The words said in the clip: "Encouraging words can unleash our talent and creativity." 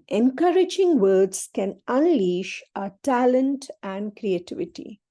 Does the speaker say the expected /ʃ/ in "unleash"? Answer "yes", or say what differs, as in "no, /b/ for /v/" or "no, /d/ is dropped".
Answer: yes